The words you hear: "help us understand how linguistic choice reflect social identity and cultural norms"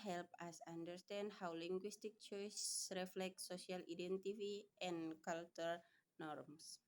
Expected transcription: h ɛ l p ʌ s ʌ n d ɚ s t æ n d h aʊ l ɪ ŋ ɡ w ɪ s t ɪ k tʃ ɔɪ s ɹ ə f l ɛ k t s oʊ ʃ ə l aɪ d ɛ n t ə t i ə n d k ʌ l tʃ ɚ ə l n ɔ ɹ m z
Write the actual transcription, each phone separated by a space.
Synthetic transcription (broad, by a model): h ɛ l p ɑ s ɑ n d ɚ s t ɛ n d h aʊ l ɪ ŋ ɡ w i s t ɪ k tʃ ɔɪ s ɹ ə f l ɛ k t s oʊ s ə l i d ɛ n t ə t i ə n k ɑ l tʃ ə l n ɔ ɹ m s